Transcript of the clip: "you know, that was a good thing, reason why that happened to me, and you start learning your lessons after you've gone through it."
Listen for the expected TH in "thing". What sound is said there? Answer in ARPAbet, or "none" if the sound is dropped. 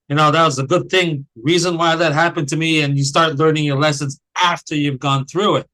TH